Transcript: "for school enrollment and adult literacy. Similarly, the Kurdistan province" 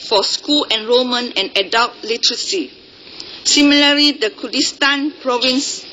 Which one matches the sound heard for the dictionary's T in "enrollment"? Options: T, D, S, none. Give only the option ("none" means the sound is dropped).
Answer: none